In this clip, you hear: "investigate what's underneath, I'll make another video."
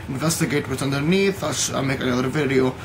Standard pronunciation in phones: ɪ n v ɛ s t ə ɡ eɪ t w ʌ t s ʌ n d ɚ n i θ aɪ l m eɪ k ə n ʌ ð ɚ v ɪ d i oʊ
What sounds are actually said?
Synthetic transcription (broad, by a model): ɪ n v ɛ s t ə ɡ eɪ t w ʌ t ʌ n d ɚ n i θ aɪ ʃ m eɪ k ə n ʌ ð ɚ v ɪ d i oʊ